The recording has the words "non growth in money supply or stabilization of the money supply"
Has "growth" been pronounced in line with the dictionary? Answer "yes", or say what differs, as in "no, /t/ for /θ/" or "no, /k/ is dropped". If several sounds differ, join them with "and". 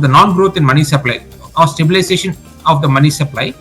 no, /t/ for /θ/